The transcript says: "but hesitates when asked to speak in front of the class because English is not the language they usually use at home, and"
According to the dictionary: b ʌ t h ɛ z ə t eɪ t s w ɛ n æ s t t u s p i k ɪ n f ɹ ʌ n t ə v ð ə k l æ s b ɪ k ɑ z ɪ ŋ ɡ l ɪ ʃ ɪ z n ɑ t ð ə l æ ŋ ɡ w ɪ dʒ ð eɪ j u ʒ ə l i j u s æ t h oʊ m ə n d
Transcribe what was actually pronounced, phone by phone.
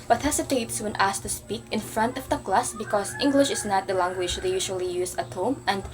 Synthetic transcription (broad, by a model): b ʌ t h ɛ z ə t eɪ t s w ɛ n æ s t t u s p i k ɪ n f ɹ ʌ n t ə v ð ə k l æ s b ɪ k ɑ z ɪ ŋ ɡ l ɪ ʃ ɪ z n ɑ t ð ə l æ ŋ ɡ w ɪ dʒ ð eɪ j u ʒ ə l i j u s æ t h oʊ m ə n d